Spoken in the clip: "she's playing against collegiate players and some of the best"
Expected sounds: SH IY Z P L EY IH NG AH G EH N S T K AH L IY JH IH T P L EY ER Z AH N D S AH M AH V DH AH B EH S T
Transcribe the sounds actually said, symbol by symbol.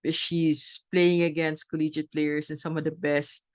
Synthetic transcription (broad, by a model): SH IY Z P L EY IH NG AH G EH N S T K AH L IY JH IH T P L EY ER S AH N S AH M AH V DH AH B EH S T